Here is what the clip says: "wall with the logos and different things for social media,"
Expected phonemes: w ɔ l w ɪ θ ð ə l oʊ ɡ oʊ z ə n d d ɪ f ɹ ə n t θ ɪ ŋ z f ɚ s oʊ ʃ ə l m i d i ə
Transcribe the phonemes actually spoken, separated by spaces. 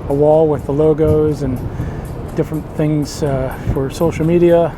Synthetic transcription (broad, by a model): w ɔ l w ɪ ð ə l oʊ ɡ oʊ z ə n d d ɪ f ɹ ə n θ ɪ ŋ z f ɚ s oʊ ʃ l m i d i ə